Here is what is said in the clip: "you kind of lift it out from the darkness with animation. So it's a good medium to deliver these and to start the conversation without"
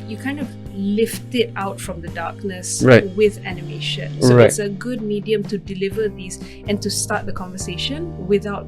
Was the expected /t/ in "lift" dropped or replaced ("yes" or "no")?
no